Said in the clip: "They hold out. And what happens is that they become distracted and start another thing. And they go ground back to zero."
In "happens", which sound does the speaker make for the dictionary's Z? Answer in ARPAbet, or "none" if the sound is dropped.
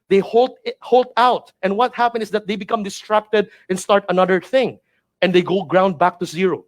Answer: none